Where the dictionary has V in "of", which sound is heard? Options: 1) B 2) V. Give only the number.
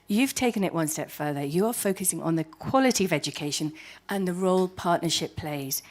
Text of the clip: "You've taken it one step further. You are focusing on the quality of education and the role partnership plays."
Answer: 2